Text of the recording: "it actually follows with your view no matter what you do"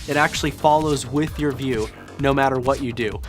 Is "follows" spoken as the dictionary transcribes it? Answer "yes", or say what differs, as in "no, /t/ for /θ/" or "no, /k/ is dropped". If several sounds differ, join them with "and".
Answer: yes